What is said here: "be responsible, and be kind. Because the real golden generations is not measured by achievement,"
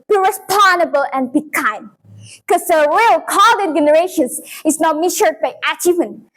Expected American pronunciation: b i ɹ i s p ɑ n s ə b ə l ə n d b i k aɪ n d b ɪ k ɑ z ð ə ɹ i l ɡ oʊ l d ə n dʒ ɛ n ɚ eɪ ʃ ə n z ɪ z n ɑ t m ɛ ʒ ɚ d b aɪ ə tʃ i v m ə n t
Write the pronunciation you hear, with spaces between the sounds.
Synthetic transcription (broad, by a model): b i ɹ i s p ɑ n ə b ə l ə n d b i k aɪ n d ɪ k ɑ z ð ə ɹ i l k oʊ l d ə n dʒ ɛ n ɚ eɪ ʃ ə n s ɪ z n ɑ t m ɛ ʃ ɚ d b aɪ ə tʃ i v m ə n